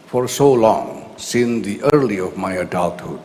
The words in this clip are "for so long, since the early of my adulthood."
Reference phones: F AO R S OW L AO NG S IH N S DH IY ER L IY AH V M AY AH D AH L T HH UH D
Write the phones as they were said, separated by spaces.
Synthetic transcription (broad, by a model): F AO R S OW L AO NG S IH N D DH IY ER L IY AH V M AY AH D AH L T HH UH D